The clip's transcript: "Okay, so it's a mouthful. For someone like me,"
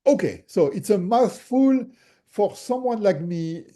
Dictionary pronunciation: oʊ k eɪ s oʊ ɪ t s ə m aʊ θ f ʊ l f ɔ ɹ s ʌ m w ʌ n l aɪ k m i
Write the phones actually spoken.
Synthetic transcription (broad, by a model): oʊ k eɪ s oʊ ɪ t s ə m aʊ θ f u l f ɔ ɹ s ʌ m w ʌ n l aɪ k m i